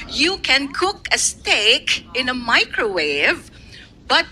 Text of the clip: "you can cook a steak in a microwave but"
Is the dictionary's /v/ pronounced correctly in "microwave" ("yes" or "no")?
yes